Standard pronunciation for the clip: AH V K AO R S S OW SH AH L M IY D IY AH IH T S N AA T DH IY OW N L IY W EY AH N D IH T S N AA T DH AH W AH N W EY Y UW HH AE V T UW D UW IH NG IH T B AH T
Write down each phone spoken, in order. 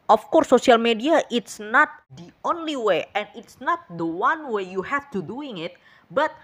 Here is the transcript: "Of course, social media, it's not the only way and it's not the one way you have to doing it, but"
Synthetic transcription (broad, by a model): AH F K AO R S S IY AH L M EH D IY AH IH T S N AA T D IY OW N L IY W EY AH N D IH T S N AA T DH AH W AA N W EY Y UW HH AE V T UW D UW IH NG IH T B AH T